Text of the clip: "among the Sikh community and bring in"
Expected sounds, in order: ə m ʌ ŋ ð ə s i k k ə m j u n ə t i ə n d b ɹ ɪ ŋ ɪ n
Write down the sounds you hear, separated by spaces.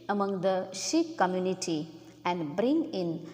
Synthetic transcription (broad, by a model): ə m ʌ ŋ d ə ʃ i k k ə m j u n ə t i ə n d b ɹ ɪ ŋ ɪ n